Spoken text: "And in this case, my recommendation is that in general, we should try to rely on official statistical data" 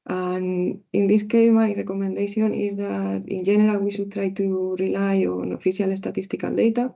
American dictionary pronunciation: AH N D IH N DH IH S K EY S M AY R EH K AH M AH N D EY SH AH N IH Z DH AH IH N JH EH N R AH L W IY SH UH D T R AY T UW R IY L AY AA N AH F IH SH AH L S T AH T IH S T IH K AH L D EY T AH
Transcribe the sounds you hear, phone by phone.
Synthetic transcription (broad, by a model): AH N IH N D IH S K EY M AY R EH K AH M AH N D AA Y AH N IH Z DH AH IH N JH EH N R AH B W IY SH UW T R AY T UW R IY L AY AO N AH F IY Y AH L S T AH T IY S T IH K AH L D EY T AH